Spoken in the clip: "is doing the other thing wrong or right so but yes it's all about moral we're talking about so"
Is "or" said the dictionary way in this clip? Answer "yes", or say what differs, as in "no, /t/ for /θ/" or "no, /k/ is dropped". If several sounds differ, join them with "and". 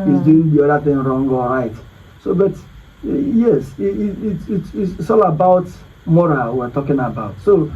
no, /l/ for /ɹ/